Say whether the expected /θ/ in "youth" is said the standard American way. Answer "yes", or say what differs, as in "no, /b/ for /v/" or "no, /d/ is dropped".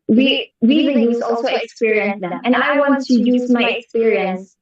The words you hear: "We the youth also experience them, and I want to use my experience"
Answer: no, /s/ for /θ/